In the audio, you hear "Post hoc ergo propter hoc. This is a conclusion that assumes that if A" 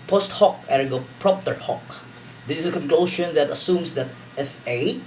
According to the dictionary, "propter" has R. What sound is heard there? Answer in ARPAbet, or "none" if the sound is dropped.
R